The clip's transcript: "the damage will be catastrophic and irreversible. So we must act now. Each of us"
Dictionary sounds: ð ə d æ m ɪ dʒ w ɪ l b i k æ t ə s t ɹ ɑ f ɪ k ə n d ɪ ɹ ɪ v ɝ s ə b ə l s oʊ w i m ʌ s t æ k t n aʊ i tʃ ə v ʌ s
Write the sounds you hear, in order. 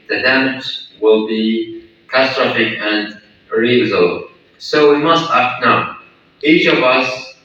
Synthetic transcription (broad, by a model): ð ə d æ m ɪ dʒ w ɪ l b i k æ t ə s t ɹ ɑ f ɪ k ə n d ɹ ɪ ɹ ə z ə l s oʊ w i m ʌ s t æ k t n aʊ i tʃ ə v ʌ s